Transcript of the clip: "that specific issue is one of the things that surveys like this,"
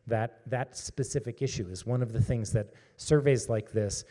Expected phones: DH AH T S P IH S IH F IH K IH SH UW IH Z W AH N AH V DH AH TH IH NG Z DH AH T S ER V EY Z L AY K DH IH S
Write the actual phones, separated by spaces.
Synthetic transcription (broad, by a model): DH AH T S P IH S IH F IH K IH SH UW IH Z W AH N AH V DH AH TH IH NG Z DH AH T S ER V EY Z L AY K DH IH S